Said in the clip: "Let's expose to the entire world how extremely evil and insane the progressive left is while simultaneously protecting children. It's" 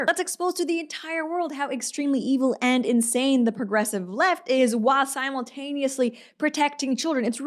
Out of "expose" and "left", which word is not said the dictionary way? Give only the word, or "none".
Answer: none